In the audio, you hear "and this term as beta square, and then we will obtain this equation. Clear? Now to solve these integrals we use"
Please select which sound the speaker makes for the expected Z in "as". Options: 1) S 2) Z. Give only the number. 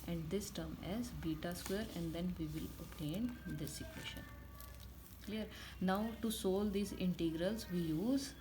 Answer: 2